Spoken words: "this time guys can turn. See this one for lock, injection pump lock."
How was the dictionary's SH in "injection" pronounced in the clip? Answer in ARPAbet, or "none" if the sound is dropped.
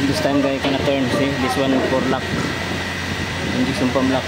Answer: S